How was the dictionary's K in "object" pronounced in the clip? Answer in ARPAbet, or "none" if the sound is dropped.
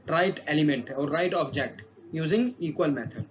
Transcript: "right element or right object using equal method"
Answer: K